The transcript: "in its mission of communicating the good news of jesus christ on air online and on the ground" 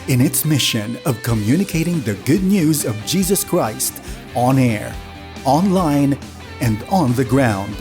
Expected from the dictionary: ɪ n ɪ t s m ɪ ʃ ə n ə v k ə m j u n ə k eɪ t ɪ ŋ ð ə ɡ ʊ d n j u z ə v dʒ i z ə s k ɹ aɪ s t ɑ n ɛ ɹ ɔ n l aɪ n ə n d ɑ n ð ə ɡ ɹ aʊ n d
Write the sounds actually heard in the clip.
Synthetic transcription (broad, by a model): ɪ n ɪ t s m ɪ ʃ ə n ə v k ə m j u n ə k eɪ t ɪ ŋ ð ə ɡ ʊ d n j u z ə v dʒ i z ə s k ɹ aɪ s t ɑ n ɛ ɹ ɔ n l aɪ n ə n d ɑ n ð ə ɡ ɹ aʊ n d